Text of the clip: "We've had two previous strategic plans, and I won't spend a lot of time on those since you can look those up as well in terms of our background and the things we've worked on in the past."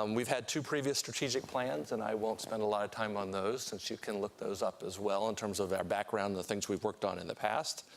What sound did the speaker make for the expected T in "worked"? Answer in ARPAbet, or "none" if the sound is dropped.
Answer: T